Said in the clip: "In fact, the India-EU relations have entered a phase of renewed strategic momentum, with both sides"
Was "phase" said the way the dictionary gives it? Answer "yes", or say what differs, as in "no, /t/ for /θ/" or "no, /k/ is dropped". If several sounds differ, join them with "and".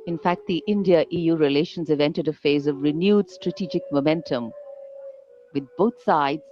yes